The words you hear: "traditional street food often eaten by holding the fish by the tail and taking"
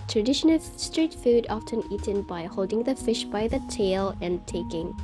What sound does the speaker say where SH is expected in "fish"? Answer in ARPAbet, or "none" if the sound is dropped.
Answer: SH